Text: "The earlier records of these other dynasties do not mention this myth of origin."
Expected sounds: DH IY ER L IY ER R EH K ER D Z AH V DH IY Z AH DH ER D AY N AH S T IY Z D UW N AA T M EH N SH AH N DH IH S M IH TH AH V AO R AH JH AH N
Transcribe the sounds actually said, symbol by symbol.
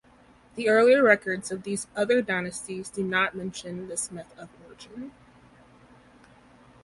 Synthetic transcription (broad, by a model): DH IY ER L IY ER R EH K ER D Z AH V DH IY Z AH DH ER D AY N AH S T IY Z D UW N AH T M EH N SH AH N DH IH S M IH TH AH V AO R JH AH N